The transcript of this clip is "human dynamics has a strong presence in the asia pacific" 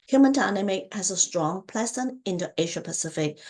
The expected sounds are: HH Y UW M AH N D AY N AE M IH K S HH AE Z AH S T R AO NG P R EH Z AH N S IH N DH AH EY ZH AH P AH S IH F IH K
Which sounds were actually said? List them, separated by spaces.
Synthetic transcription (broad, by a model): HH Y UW M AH N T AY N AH M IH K HH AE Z AH S T R AO NG P L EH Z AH N IH N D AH EY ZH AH P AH S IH F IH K